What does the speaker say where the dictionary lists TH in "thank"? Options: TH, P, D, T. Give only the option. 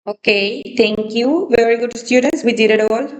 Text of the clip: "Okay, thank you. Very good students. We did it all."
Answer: T